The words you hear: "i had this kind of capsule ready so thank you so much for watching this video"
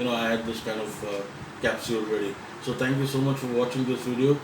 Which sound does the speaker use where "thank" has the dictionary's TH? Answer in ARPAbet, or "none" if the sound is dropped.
T